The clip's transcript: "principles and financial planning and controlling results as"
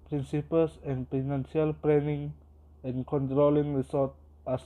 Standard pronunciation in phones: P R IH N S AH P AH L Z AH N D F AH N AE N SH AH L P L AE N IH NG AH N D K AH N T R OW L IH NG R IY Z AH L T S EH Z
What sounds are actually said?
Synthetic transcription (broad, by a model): P R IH N S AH P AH L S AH N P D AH N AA N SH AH L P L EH N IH NG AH N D K AH N T R OW L IH NG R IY S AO T AA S